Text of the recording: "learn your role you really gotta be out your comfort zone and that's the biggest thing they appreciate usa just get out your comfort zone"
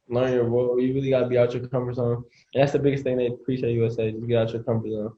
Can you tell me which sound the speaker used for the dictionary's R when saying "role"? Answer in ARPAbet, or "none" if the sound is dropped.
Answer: W